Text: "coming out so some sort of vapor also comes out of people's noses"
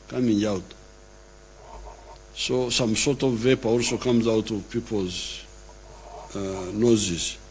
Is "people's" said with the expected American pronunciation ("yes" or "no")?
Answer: yes